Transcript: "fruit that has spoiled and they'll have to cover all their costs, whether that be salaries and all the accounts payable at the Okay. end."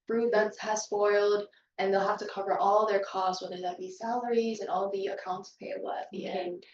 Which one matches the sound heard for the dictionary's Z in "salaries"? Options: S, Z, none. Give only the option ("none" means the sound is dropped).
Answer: Z